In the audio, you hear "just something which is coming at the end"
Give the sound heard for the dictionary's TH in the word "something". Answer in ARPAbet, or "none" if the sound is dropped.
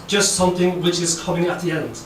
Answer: TH